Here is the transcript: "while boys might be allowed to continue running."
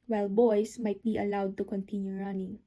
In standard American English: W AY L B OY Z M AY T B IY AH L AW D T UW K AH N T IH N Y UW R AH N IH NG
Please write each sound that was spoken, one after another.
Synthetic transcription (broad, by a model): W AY L B OY S M AY T B IY AH L AW D T UW K AH N T IH N Y UW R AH N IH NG